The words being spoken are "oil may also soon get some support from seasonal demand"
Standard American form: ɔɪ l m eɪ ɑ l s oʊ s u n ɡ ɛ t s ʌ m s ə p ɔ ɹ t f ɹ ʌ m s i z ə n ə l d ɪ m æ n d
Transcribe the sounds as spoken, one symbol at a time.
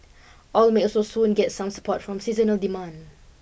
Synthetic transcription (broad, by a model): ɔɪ l m eɪ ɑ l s oʊ s u n ɡ ɛ t s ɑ m s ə p ɔ t f ɹ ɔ m s i z ə n ə l d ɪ m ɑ n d